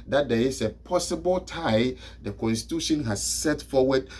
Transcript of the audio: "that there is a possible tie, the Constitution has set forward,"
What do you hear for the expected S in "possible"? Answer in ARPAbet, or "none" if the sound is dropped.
S